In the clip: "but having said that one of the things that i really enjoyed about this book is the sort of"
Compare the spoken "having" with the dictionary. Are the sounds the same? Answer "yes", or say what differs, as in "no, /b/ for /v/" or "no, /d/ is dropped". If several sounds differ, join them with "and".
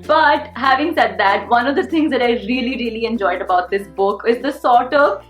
yes